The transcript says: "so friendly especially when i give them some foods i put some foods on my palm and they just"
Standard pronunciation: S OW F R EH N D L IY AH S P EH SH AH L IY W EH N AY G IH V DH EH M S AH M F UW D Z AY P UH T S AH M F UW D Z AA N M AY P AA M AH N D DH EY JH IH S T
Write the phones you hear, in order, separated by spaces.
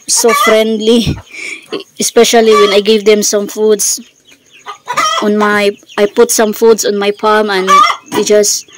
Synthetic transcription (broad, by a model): S OW F R EH N D L IY AH S P EH SH AH L IY W EH N AY G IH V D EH M S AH M F UW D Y AY P UH T S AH M F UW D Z AA N M AY P AA M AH N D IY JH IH S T